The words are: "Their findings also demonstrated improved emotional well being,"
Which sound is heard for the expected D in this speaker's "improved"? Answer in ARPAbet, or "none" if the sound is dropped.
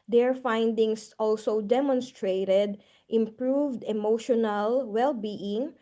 D